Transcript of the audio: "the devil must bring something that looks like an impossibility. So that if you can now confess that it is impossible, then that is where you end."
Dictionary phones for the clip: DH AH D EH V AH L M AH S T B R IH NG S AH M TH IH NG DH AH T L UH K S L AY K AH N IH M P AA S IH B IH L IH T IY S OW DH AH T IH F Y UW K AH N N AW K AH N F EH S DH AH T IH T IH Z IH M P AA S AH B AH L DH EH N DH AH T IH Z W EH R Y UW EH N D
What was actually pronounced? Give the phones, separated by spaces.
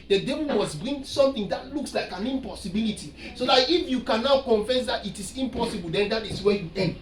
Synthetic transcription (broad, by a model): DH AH D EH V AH N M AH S B R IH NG S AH M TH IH NG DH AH T L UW K S L AY K AH N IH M P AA S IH B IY L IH T IY S OW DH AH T IH F Y UW K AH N N AW K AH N F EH S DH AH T IH T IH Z IH M P AA S AH B AH L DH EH N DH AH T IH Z W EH Y UW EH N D